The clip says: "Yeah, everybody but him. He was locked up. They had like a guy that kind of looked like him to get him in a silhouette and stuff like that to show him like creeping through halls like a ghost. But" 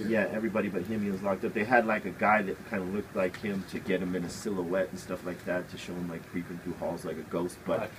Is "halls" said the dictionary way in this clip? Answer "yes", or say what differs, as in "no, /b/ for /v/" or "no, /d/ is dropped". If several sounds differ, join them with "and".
yes